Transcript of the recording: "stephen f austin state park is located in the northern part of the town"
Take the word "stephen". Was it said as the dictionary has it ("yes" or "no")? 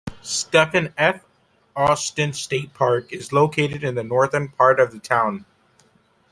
no